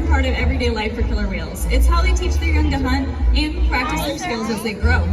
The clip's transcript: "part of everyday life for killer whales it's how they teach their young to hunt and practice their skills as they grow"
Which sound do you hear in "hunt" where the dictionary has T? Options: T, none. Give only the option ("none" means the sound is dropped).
none